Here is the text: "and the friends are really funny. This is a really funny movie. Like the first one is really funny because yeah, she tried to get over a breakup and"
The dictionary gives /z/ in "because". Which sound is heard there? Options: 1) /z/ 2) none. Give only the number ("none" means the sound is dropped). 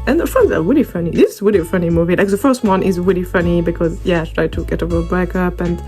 1